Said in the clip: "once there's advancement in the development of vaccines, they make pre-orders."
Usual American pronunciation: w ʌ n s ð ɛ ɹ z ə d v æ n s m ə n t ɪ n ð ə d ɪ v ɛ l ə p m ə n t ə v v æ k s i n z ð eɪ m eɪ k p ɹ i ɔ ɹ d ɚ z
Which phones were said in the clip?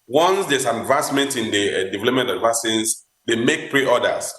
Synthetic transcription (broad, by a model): w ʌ n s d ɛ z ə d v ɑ s m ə n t ɪ n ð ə d ɪ v ɛ l ə p m ə n t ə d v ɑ s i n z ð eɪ m eɪ k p ɹ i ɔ d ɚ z